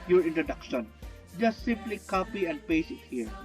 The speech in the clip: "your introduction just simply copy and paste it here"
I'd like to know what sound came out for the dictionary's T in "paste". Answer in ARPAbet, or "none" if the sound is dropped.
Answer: none